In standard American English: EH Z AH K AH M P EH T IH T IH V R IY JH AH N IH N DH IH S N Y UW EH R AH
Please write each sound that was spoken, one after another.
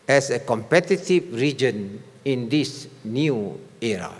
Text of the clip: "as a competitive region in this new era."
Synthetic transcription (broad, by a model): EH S AH K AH M P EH T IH T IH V R IY JH AH N IH N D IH S N Y UW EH R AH